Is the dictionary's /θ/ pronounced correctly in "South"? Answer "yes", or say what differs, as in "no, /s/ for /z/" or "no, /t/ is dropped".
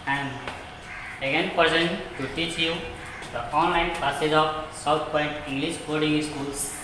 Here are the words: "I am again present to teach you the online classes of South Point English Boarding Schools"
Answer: no, /t/ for /θ/